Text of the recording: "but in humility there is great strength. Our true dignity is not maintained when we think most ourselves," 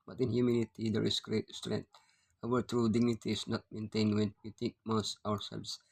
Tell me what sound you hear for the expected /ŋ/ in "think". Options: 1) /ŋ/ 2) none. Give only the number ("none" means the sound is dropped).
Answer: 2